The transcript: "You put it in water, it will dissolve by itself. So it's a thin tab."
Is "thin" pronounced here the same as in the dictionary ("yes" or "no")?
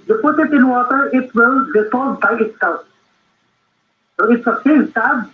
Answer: no